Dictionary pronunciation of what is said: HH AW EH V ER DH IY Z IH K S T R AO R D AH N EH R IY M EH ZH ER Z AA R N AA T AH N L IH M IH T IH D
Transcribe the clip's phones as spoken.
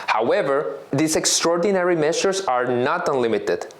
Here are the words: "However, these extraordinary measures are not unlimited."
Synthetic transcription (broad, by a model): HH AW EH V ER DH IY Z IH K S T R AO R D AH N EH R IY M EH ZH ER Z AA R N AA T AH N L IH M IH T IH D